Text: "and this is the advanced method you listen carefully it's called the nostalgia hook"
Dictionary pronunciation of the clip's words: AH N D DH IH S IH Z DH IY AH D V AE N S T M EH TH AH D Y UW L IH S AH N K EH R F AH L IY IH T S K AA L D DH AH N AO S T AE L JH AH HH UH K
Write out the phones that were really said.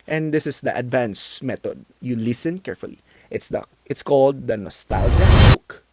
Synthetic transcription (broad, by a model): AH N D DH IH S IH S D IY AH D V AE N S M EH T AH D Y UW L IH S AH N K EH R F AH L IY IH T S K AA L D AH N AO S T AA L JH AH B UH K